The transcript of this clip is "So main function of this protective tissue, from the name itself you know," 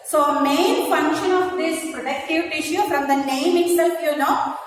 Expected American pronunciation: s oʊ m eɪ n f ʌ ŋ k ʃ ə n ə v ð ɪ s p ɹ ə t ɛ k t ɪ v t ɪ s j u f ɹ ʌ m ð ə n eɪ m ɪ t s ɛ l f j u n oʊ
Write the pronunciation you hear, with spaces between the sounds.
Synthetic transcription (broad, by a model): s oʊ m eɪ n f ʌ ŋ k ʃ ə n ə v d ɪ s p ɹ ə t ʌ k t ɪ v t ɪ ʃ j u f ɹ ʌ m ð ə n eɪ m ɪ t s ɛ l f j u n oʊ